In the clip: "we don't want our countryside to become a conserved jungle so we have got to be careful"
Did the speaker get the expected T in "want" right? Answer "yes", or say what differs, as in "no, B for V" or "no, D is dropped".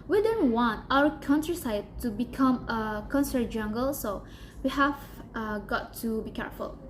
yes